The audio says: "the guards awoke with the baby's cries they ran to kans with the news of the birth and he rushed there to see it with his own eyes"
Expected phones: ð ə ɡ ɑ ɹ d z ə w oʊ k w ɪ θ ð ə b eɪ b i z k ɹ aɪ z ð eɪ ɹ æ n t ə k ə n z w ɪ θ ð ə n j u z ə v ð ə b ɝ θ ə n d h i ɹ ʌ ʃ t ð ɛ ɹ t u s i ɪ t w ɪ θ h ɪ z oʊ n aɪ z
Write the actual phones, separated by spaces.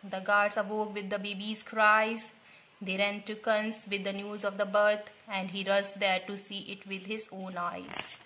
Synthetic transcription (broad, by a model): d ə ɡ ɑ ɹ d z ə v oʊ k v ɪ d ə b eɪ b i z k ɹ aɪ z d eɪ ɹ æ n t ə k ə n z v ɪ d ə n j u z ə v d ə b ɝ t ə n d h i ɹ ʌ s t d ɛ ɹ t u s i ɪ t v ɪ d h ɪ z oʊ n aɪ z